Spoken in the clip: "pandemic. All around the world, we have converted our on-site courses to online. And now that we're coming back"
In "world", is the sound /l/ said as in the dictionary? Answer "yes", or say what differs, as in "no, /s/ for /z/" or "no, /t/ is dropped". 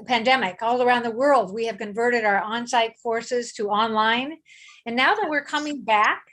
yes